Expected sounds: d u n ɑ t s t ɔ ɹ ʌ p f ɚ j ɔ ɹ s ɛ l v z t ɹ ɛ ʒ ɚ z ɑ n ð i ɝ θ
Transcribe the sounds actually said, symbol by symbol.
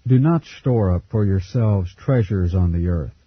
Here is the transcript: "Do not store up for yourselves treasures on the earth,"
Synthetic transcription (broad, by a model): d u n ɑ t s t ɔ ɹ ʌ p f ɚ j ɔ ɹ s ɛ l v z t ɹ ɛ ʒ ɚ z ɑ n ð i ɝ θ